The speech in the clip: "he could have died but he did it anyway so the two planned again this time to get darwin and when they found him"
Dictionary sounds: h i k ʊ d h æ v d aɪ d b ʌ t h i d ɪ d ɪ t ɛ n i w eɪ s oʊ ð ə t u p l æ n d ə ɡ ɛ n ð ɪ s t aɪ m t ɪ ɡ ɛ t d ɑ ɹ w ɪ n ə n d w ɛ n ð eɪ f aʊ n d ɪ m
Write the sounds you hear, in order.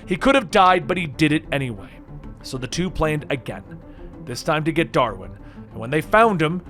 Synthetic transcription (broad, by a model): h i k ʊ d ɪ v d aɪ d b ʌ t h i d ɪ d ɪ t ɛ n i w eɪ s oʊ ð ə t u p l æ n d ə ɡ ɛ n ð ɪ s t aɪ m t ɪ ɡ ɛ t d ɑ ɹ w ɪ n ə n w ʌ n ð eɪ f aʊ n d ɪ m